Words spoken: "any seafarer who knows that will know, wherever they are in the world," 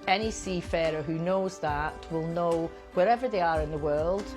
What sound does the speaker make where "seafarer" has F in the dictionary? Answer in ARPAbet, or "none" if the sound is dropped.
F